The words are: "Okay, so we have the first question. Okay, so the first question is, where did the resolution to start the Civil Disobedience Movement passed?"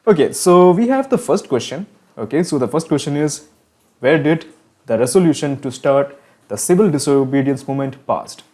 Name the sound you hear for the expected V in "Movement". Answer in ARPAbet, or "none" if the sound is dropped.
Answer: none